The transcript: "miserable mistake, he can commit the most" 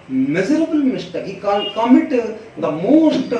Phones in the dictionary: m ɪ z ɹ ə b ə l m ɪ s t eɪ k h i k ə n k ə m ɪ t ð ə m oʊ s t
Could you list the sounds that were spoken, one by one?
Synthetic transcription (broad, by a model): m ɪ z ɹ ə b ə l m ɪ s t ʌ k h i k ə l k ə m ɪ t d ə m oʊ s t